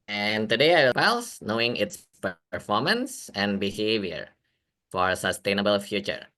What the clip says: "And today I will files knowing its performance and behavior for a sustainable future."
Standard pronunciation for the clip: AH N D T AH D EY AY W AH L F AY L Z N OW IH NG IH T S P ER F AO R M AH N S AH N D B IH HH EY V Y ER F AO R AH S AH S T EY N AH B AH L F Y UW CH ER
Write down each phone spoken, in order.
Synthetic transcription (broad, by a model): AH N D T AH D EY AY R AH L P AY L S N OW IH NG IH T S P ER F AO R M AH N S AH N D B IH HH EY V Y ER F AO R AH S AH S T EY N AH B AH L F Y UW CH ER